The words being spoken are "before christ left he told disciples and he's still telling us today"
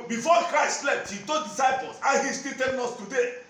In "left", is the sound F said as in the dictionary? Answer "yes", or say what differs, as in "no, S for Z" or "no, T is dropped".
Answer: no, P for F